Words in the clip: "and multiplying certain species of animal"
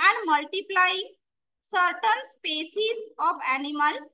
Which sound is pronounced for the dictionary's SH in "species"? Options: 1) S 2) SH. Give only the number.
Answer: 1